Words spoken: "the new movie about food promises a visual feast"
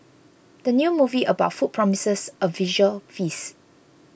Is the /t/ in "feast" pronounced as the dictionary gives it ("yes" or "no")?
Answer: no